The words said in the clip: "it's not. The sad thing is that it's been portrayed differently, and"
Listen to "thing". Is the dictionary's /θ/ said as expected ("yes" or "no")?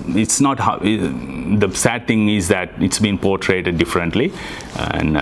no